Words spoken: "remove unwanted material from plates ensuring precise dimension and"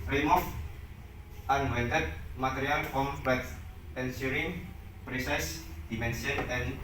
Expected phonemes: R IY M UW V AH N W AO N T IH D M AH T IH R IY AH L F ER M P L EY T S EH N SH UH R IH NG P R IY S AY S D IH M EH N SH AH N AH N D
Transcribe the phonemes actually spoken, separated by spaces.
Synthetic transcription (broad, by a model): R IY M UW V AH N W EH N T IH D M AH T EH R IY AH L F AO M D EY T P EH N S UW R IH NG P R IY S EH S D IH M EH N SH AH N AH N